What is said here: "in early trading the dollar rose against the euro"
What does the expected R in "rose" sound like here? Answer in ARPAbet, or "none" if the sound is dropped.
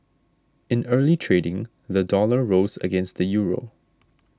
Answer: R